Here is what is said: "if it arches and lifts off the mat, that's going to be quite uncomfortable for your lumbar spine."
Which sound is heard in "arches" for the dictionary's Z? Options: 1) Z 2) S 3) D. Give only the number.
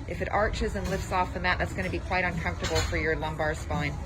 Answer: 1